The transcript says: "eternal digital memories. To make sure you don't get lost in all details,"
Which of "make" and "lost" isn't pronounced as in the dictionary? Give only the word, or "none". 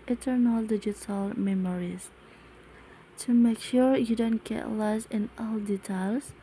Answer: lost